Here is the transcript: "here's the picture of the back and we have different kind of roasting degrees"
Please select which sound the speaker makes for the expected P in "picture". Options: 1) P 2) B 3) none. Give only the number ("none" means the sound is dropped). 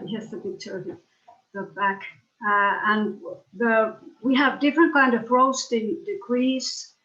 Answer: 2